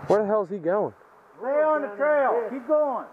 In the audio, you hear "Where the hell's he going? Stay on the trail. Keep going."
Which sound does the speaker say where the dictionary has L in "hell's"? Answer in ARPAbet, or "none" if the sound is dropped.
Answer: none